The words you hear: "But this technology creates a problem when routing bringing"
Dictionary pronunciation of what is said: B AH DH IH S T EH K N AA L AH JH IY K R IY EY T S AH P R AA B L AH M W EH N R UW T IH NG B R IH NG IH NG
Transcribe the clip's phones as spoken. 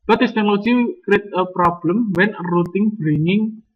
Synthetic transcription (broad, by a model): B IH T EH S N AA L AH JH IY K R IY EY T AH P R AA B L AH M W EH N R UW T IH NG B R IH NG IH NG